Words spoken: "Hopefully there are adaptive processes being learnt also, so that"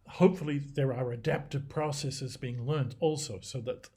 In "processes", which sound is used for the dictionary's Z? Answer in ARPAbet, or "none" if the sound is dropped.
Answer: Z